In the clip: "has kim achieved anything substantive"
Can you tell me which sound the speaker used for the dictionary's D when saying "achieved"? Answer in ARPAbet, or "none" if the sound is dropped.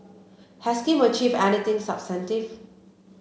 none